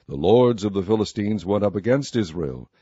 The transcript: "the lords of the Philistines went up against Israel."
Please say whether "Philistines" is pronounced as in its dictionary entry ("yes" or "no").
yes